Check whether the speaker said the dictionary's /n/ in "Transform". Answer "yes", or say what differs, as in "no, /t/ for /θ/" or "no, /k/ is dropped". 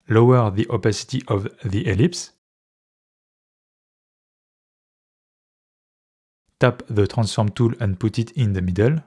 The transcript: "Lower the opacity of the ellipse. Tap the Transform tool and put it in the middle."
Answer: yes